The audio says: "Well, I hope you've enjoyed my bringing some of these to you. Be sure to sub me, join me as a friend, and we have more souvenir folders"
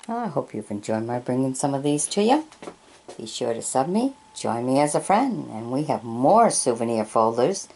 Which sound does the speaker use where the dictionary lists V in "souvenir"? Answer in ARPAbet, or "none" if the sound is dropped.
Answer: V